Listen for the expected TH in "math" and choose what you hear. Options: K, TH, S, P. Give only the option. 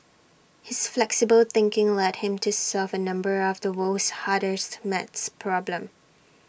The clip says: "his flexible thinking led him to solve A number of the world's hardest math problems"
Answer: S